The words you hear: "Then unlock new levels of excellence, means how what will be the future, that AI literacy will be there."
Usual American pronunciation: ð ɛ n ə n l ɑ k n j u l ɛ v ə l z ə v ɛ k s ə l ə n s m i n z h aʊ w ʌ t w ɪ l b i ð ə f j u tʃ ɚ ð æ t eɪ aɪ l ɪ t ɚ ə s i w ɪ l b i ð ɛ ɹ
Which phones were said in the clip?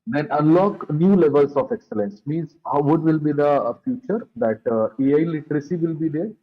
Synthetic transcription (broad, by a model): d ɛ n ə n l ɑ k n j u l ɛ v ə l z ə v ɛ k s ə l ə n s m i n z h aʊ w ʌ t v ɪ l b i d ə f j u tʃ ɚ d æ t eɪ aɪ l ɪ t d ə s i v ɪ l b i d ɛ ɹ